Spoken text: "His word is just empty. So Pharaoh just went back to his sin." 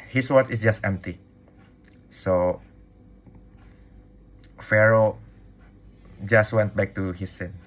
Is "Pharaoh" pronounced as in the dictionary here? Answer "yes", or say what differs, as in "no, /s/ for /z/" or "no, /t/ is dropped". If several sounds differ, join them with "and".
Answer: yes